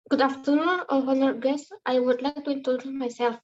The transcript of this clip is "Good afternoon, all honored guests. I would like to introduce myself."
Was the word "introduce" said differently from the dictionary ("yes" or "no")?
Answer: yes